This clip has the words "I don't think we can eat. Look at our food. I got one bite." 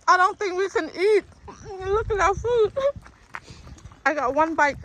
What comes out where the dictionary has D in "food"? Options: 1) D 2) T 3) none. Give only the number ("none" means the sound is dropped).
3